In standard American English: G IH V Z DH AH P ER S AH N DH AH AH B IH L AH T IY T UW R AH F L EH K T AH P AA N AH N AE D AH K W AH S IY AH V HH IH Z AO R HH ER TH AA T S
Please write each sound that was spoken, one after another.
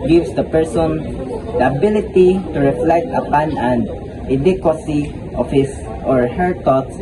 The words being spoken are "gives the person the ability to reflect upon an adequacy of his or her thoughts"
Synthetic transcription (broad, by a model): G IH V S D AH P ER S AH N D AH AH B IH L AH T IY T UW R AH F L EH K T AH P AA N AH N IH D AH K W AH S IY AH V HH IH S AO R HH ER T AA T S